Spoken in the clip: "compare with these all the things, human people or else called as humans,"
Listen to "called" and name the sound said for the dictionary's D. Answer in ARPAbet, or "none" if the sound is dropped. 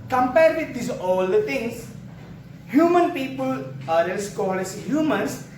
none